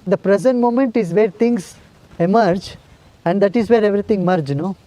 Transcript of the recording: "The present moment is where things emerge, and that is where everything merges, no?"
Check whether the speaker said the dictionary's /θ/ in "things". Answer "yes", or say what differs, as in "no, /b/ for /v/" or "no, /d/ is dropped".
no, /t/ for /θ/